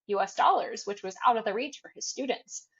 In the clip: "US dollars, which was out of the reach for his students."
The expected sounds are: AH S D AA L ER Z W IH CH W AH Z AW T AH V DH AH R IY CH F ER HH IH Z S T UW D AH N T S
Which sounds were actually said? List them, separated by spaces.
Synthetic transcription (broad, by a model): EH S D AA L ER Z W IH CH W AH Z AW T AH V DH AH R IY CH F ER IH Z S T UW D N T S